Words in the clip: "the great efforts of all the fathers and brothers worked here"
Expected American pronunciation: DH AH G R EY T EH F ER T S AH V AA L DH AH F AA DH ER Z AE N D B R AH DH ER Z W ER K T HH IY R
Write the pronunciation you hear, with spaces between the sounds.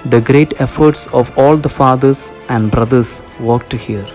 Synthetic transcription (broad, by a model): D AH G R EY T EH F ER T S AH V AA L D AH F AA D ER S AE N D B R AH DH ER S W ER K T HH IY R